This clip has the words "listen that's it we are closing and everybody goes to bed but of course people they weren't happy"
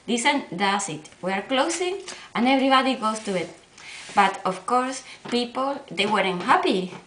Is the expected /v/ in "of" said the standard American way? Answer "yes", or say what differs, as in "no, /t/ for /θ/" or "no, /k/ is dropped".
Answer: no, /f/ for /v/